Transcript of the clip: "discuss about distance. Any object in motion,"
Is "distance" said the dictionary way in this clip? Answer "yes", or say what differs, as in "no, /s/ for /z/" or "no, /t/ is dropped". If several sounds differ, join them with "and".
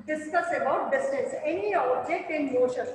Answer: no, /n/ is dropped